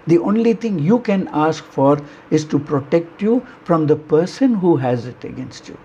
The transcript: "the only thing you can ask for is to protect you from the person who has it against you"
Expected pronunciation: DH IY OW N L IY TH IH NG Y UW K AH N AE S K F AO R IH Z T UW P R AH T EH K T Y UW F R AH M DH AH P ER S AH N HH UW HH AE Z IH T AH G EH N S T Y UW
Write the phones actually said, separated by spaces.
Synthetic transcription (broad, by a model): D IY OW N L IY T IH NG Y UW K AH N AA S K F AO R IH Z T UW P R AH T EH K T Y UW F R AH M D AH P ER S AH N HH UW HH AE Z IH T AH G EH N S T Y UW